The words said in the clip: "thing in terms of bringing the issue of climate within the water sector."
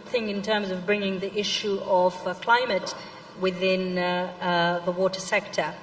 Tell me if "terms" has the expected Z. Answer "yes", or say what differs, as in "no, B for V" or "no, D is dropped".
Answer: yes